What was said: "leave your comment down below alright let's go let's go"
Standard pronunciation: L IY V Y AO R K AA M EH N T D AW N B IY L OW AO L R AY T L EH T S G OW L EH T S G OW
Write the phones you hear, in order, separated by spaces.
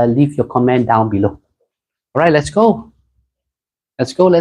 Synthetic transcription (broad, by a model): L IY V Y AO K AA M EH N D AW N B IY L OW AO R AY T L EH T S G OW L EH T S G OW